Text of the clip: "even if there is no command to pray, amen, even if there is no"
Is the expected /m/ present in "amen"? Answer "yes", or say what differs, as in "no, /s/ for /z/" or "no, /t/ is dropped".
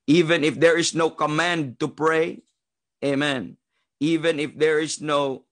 yes